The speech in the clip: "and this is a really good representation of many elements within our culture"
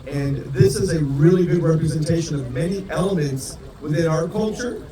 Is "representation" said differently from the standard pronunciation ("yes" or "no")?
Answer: no